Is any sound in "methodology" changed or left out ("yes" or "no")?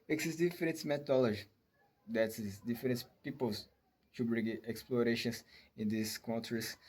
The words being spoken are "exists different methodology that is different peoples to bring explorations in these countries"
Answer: yes